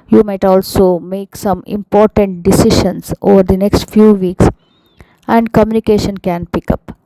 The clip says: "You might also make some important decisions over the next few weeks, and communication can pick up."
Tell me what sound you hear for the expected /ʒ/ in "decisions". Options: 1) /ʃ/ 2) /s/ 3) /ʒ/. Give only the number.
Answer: 1